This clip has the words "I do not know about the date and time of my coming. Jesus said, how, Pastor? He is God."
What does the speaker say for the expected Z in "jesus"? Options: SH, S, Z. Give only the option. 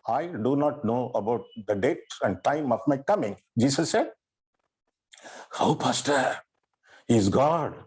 S